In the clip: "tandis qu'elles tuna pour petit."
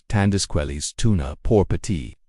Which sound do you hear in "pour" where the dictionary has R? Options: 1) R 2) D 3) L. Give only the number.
1